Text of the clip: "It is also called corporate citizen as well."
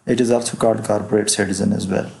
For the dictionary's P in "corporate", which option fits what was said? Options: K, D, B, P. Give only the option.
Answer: B